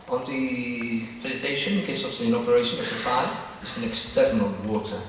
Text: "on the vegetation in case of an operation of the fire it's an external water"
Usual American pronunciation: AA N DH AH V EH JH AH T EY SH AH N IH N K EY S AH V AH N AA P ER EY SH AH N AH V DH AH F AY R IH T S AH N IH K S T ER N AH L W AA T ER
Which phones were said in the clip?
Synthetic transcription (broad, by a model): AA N DH AH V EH Z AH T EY SH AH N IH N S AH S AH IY AH N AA P ER EY SH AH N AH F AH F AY IH T S AH N IH K S T ER N AH L W AA T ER